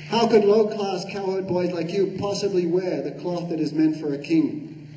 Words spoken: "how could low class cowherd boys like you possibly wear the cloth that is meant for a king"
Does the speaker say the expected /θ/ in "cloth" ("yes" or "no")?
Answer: yes